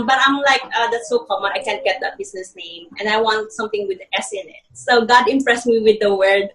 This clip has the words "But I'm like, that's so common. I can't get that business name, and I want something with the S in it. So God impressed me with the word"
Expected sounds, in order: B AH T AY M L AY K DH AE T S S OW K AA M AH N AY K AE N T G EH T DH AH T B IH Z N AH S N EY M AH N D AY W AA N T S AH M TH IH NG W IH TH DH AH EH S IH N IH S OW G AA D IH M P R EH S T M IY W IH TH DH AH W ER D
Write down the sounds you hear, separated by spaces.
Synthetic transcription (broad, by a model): B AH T AY M L AY K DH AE T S S OW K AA M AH AY K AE N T G EH T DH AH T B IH S N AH S N EY M AH N D AY W AA N T S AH M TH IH NG W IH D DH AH EH S IH N IH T OW G AA D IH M P R EH S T M IY W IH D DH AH W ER D